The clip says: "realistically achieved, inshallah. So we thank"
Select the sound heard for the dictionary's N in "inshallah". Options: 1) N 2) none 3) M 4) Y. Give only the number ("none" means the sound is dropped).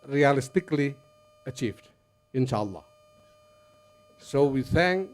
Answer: 1